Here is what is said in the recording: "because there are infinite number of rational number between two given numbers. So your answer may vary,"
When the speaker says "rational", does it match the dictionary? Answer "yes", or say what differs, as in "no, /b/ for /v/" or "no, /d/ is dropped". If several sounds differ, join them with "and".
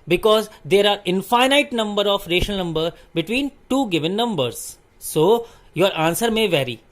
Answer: no, /n/ is dropped